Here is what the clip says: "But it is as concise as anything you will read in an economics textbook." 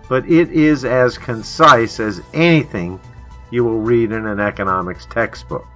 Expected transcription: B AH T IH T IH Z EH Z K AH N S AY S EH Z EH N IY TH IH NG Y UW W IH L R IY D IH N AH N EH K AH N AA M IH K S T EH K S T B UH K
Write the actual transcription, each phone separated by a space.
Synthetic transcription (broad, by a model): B AH T IH T IH Z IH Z K AH N S AY S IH Z EH N IY TH IH NG Y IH W IH L R IY D IH N AH N EH K AH N AA M IH K S T EH K S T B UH K